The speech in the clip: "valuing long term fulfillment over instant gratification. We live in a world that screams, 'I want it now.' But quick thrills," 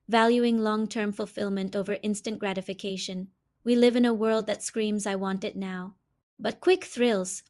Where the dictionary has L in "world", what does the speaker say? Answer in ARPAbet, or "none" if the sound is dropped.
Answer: L